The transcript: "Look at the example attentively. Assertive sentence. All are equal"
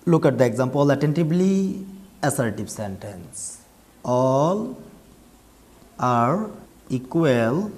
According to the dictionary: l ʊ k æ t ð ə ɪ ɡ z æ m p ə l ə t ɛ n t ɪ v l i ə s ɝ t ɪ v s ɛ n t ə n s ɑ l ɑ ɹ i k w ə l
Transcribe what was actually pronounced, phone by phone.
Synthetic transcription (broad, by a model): l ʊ k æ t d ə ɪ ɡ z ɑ m p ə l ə t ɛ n t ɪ b l i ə s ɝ t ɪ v s ɛ n t ə n s ɑ l ɑ ɹ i k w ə l